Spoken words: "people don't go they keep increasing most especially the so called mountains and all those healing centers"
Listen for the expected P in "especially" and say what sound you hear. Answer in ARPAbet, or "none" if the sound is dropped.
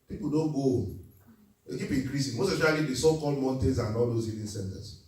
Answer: none